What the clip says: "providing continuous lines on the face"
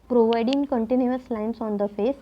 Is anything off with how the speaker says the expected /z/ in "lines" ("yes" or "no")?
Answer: yes